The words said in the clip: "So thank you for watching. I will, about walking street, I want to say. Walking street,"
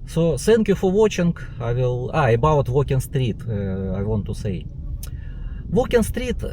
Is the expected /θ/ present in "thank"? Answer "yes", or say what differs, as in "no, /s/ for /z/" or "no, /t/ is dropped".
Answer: no, /s/ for /θ/